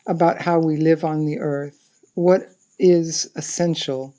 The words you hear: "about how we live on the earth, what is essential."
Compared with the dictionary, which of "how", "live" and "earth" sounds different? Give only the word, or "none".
none